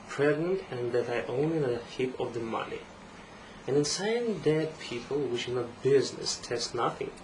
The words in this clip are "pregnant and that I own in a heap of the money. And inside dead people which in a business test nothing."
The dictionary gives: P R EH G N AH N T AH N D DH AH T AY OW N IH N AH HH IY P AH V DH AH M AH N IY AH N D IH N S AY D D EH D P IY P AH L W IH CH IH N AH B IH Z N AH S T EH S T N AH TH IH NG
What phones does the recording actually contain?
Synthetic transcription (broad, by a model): P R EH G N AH N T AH N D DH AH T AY OW N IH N AH HH IY P AH V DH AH M AH N IY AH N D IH N S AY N D EH D P IY P AH L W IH SH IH N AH B IH Z N AH S T EH S T N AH TH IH NG